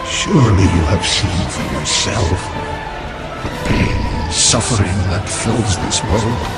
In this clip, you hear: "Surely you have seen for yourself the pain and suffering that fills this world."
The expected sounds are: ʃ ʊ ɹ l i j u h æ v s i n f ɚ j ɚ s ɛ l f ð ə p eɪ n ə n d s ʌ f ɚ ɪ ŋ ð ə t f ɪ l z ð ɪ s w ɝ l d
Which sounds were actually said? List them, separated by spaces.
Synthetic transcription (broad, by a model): ʃ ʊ ɹ l i j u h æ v s i n f ɚ j ɚ s ɛ l f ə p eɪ ə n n s ʌ f ɚ ɪ ŋ ð ə t f ɪ l z ð ɪ s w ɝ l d